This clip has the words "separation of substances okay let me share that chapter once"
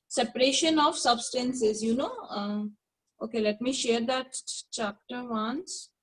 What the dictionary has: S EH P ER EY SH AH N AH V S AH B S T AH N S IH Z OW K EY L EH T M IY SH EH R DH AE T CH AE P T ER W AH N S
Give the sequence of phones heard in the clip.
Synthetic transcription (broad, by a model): S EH P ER EY SH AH N AH V S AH B S T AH N S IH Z OW K EY L EH T M IY SH EH R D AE T CH AE P T ER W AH N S